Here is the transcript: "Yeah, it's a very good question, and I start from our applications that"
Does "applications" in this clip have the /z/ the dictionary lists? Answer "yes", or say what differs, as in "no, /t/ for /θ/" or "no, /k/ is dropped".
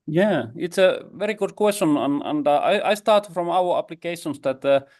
no, /s/ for /z/